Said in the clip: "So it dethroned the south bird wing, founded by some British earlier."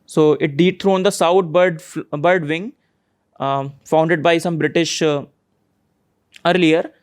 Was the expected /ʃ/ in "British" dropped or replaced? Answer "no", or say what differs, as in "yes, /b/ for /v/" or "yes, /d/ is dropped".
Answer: no